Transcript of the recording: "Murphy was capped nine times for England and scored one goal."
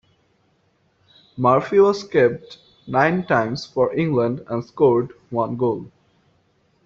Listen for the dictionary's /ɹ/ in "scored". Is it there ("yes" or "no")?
yes